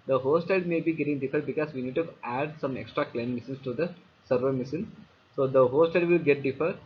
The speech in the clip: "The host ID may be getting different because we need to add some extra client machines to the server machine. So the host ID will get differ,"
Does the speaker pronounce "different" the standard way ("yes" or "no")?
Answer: no